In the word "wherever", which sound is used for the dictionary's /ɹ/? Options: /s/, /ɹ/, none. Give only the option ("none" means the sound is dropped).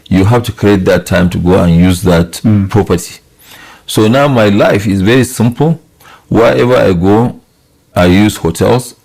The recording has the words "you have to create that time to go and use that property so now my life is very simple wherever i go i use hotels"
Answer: none